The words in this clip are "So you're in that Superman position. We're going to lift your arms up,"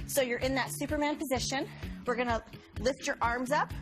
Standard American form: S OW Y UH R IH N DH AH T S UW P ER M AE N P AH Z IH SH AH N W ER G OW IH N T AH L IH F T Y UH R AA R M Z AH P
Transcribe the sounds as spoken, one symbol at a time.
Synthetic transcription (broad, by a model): S OW Y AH R IH N DH AH T S UW P ER M AE N P AH Z IH SH AH N W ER G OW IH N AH L IH F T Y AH R AA R M Z AH P